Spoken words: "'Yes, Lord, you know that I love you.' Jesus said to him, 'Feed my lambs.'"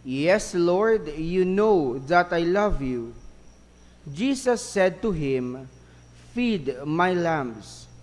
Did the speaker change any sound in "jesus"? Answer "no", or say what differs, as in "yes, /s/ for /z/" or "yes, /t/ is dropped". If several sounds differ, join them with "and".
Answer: yes, /s/ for /z/